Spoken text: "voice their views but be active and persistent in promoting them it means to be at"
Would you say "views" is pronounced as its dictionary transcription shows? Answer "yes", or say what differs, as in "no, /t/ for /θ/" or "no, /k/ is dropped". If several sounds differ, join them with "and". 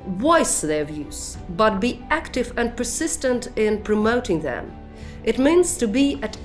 yes